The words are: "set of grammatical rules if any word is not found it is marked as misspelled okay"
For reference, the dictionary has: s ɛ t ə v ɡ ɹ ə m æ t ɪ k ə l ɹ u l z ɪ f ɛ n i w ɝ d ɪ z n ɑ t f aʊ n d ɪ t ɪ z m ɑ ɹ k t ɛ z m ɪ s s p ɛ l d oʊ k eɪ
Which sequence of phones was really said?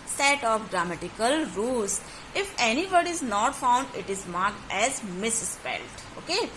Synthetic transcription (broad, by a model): s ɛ t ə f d ɹ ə m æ t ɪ k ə l ɹ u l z ɪ f ɛ n i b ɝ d ɪ z n ɑ t f aʊ n d ɪ t ɪ z m ɑ ɹ k t ɛ z m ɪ s s p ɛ l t oʊ k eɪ